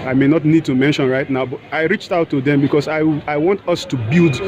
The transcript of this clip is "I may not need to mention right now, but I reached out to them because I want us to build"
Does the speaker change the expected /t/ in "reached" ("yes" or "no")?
no